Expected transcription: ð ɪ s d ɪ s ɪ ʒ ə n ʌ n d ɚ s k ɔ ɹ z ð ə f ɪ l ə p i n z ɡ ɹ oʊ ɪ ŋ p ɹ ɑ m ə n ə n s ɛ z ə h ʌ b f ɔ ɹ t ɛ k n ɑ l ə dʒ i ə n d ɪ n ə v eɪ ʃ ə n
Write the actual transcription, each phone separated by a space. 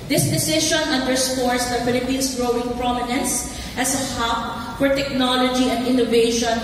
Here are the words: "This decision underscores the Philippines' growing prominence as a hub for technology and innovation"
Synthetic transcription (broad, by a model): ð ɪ s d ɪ s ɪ ʃ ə n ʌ n d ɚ s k ɔ ɹ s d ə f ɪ l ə p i n s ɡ ɹ oʊ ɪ ŋ p ɹ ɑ m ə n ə n s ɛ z ə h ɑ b f ɔ ɹ t ɛ k n ɑ l ə dʒ i ə n d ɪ n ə v eɪ ʃ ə n